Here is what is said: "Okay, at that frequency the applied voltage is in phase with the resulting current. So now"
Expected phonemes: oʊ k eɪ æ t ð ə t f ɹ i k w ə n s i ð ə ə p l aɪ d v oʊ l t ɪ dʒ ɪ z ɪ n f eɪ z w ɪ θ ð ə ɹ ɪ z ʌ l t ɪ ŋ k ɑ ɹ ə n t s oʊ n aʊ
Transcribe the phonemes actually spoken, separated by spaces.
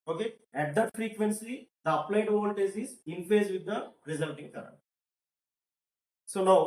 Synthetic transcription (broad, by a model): oʊ k eɪ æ t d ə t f ɹ i k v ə n s i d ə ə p l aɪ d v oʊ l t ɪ z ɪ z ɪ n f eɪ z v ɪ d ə ɹ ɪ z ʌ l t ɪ ŋ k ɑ ɹ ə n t s oʊ n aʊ